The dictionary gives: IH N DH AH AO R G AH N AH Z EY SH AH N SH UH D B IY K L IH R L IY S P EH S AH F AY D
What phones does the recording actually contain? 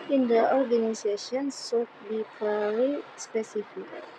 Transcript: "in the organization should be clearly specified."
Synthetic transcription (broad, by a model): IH N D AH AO R G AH N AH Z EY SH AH N S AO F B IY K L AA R IY S P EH S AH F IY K